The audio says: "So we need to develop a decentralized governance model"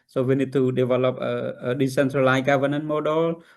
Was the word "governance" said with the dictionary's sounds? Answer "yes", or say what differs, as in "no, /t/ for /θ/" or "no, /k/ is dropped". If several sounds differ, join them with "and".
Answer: no, /s/ is dropped